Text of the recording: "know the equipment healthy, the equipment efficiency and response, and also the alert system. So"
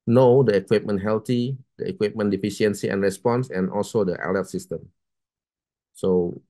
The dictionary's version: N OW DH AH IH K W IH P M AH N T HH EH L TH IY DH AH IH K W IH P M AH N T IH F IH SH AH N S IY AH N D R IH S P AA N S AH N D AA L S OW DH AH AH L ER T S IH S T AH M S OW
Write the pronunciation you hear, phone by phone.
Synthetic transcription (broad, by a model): N OW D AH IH K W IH P M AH N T HH EH L T IY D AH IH K W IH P M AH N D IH F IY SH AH N S IY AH N R IH S P AA N S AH N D AA L S OW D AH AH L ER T S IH S T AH M S OW